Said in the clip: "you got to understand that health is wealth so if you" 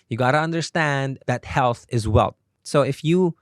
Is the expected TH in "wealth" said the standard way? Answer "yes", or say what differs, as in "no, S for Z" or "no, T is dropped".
no, T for TH